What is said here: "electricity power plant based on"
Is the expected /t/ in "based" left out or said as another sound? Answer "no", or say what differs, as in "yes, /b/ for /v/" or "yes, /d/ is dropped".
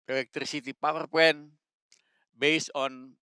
yes, /t/ is dropped